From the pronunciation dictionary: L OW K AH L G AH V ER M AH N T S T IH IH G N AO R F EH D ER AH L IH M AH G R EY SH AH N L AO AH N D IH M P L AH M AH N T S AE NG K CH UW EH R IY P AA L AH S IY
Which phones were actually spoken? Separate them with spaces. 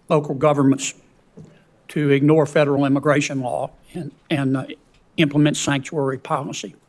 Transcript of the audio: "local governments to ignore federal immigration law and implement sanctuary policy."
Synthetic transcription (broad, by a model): L OW K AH L G AH V ER M AH N T S T IH IH G N AO R F EH D ER L IH M AH G R EY SH AH N L AO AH N IH M P L AH M AH N T S AE NG K CH UW EH R IY P AA L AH S IY